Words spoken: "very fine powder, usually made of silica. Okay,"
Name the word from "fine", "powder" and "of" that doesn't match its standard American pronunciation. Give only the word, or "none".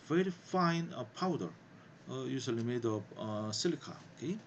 of